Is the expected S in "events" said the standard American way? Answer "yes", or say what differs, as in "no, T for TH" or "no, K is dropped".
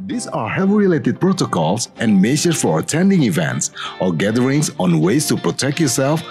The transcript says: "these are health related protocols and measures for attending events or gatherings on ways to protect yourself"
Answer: yes